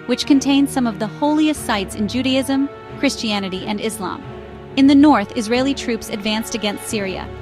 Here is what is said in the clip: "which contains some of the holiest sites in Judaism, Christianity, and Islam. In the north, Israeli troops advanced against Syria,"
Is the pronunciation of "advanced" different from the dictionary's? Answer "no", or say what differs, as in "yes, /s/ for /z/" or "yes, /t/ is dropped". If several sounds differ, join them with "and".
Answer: no